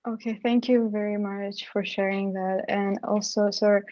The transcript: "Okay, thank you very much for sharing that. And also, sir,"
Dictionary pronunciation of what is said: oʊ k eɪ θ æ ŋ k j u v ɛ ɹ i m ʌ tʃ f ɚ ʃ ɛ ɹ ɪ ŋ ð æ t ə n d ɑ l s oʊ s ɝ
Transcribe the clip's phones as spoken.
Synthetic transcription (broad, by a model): oʊ k eɪ θ æ ŋ k j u v ɛ ɹ i m ʌ tʃ f ɚ ʃ ɛ ɹ ɪ ŋ ð æ t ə n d ɑ l s oʊ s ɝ